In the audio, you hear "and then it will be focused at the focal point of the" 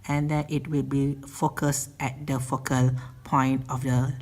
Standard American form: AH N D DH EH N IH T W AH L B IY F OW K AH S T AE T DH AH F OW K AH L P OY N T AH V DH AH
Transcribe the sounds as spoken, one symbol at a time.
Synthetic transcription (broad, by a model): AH N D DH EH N IH T W AH L B IY F OW K AH S T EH T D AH F OW K AH L P OY N T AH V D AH